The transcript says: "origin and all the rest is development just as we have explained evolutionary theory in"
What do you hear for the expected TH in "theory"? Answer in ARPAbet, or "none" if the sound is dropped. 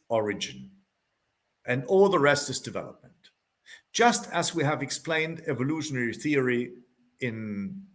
TH